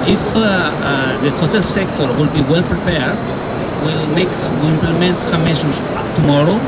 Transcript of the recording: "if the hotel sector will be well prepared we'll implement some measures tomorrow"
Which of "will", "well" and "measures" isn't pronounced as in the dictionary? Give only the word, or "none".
measures